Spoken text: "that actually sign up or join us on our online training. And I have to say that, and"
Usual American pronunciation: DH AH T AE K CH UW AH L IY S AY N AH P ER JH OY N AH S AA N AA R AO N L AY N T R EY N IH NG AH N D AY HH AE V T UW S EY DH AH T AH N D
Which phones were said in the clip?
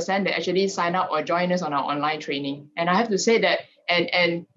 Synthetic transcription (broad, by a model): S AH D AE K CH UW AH L IY S AY N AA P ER JH OY N AH S AA N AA W AO N L AY N T R EY N IH NG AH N AY HH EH F T UW S EY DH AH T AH N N